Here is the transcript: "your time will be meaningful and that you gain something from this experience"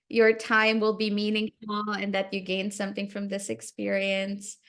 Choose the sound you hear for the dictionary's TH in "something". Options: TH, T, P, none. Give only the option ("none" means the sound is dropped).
TH